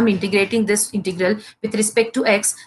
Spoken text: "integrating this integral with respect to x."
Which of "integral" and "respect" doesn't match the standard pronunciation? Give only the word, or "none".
none